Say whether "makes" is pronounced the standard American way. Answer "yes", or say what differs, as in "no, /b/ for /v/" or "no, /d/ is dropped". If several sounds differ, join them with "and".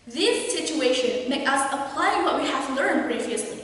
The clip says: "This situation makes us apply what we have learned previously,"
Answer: no, /s/ is dropped